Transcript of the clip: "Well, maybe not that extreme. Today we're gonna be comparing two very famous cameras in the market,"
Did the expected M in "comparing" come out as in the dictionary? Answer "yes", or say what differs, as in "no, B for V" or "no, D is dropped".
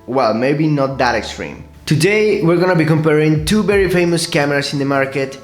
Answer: yes